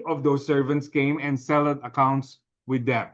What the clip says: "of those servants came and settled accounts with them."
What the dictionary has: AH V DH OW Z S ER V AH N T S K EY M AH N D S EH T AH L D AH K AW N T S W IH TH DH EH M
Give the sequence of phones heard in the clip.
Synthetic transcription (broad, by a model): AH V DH OW S ER V AH N T S K EY M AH N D S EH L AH D AH K AW N T S W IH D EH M